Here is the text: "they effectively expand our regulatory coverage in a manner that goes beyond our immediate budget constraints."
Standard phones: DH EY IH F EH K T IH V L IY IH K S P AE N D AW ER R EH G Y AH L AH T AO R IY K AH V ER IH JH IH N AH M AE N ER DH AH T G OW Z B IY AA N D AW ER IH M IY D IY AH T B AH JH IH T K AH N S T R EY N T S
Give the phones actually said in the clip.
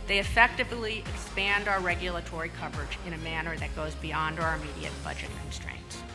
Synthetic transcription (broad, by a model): DH EY IH F EH K T IH V L IY IH K S P AE N D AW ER R EH G Y L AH T AO R IY K AH V ER IH JH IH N AH M AE N ER DH AH T G OW Z B IY AA N D AW ER M IY D IY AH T B AH JH IH T K N S T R EY N T S